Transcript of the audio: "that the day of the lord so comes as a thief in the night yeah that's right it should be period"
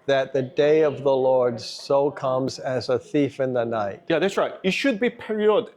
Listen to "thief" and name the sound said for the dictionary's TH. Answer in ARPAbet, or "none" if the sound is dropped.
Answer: TH